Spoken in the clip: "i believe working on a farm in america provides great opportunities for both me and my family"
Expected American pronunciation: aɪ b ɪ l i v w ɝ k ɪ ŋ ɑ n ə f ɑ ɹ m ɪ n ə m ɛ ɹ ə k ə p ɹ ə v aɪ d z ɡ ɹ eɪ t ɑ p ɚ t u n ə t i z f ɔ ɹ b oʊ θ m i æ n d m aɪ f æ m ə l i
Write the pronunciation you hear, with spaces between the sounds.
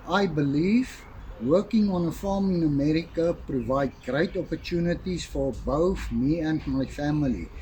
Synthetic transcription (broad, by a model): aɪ b ɪ l i v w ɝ k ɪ ŋ ɑ n ə f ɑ m ɪ n ə m ɛ ɹ ə k ə p ɹ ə v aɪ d ɡ ɹ eɪ t ɑ p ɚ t u n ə t i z f ɔ ɹ b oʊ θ m i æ n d m aɪ f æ m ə l i